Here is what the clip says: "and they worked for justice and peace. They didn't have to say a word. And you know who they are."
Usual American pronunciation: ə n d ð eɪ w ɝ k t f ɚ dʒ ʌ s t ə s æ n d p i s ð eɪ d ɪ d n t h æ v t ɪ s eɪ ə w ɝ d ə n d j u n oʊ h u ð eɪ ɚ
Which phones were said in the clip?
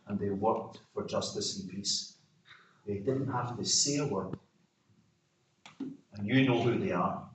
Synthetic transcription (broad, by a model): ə n ð eɪ w ɝ k t f ɚ dʒ ʌ s t ə s n p i s ð eɪ d ɪ d n t h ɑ f t ɪ s eɪ ə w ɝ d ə n j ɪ n oʊ h u ð eɪ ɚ